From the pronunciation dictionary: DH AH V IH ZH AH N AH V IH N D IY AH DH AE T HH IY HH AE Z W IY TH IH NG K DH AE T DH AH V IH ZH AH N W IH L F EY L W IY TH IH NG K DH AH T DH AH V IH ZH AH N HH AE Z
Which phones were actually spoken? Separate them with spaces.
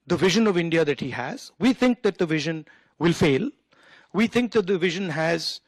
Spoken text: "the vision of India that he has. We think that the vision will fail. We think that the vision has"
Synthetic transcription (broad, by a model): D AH V IH ZH AH N AH V IH N D IY AH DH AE T HH IY HH AE Z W IY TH IH NG K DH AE T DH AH V IH ZH AH N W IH L F EY L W IY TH IH NG K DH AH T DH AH V IH ZH AH N HH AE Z